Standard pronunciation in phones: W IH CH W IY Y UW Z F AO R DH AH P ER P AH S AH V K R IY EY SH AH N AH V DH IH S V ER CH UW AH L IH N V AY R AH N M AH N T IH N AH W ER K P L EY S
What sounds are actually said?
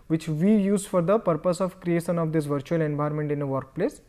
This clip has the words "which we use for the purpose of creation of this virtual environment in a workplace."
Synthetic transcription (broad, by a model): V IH CH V IY Y UW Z F AO R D AH P ER P AH S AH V K R IY EY SH AH N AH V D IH S V ER CH UW AH L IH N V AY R M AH N T IH N AH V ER K P L EY S